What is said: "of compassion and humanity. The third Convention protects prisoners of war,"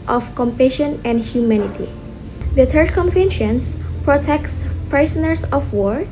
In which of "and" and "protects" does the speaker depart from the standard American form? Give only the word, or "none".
none